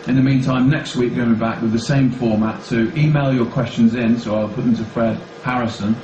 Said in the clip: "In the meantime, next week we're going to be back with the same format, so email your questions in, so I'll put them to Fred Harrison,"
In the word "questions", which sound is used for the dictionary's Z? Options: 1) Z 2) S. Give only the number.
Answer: 1